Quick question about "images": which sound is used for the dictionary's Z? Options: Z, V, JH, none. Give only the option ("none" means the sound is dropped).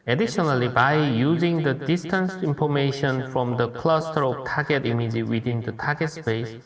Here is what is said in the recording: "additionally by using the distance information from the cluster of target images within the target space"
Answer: none